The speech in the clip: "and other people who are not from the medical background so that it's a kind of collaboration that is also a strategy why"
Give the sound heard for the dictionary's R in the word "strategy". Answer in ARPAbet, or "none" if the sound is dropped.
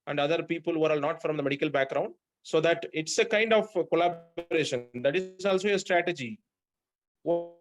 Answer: R